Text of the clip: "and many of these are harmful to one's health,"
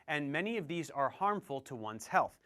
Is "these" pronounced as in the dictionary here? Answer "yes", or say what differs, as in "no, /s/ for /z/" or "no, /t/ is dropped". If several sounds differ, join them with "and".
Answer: yes